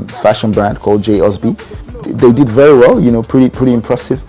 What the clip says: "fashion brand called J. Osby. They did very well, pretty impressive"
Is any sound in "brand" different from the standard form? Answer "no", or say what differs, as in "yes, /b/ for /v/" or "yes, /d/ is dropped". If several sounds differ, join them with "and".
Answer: no